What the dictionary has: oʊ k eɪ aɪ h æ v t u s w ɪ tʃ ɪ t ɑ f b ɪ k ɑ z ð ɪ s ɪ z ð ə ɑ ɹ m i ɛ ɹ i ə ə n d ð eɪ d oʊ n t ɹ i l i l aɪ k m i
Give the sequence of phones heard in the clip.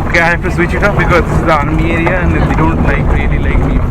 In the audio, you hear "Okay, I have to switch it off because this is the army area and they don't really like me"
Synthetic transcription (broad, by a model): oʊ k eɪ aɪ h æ f t u s w ɪ tʃ ɪ t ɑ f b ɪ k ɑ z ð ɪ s ɪ z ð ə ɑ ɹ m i ɛ ɹ i ə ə n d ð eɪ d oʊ n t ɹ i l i l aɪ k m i